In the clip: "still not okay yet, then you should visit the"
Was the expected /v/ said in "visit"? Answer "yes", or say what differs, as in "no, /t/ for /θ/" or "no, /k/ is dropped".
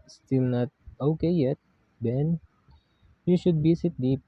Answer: no, /b/ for /v/